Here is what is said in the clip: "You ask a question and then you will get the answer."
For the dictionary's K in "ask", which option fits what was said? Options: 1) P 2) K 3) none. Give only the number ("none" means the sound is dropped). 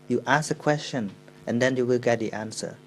3